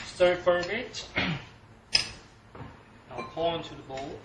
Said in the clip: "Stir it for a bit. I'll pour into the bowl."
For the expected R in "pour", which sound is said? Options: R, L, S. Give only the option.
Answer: L